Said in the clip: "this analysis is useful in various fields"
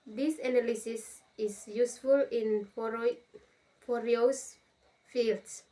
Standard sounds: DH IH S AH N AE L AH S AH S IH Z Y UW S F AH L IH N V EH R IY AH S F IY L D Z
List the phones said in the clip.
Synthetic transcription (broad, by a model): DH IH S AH N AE L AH S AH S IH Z Y UW S F AH L IH N F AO R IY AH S F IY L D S